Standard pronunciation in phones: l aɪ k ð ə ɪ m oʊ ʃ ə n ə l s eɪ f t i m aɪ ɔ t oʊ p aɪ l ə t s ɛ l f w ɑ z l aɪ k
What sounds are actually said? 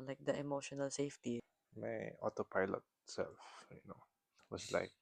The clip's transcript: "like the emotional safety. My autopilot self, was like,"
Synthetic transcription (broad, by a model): l aɪ k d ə ɪ m oʊ ʃ ə n ə l s eɪ f t i m aɪ ɔ t oʊ p aɪ l ə t s ɛ l f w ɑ s l aɪ k